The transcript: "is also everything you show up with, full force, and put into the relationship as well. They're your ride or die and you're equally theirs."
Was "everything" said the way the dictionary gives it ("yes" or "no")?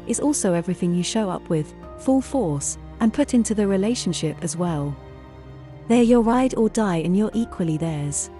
yes